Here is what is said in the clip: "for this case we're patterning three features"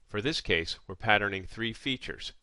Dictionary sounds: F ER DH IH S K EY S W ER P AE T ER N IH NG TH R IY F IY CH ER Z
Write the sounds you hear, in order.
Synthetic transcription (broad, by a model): F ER DH IH S K EY S W ER P AE T ER N IH NG TH R IY F IY CH ER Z